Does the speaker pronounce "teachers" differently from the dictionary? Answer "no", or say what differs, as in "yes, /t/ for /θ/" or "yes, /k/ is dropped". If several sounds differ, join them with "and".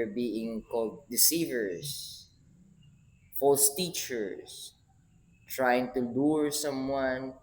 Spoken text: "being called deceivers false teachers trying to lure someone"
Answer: yes, /s/ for /z/